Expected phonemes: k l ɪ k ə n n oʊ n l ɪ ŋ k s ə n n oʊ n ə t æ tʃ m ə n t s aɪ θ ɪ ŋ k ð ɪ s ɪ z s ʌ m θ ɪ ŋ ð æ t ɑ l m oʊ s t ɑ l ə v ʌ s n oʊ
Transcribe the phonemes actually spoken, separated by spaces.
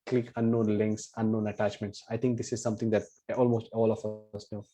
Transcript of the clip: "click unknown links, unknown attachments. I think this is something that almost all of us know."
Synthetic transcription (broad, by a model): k l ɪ k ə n n oʊ n l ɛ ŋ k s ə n n oʊ n ə t æ tʃ m ə n t s aɪ t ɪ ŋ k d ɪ s ɪ z s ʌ m t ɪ ŋ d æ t ɑ l m oʊ s t ɑ l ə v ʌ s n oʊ